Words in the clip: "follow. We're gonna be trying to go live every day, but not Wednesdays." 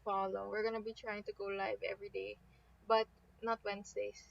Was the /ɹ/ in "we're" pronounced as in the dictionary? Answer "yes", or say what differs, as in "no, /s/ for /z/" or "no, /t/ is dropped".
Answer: yes